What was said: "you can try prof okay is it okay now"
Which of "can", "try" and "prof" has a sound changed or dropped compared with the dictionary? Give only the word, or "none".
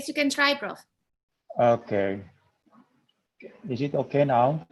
prof